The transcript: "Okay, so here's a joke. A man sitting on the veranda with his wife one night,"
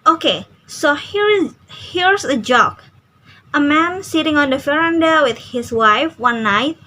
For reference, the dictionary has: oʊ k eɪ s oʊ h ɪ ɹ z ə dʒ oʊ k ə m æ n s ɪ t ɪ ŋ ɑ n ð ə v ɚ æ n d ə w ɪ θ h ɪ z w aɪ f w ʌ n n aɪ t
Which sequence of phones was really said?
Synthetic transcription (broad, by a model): oʊ k eɪ s oʊ h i ɹ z ə dʒ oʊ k ə m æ n s ɪ t ɪ ŋ ɑ n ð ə f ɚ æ n d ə w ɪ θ h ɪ s w aɪ f w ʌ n n aɪ t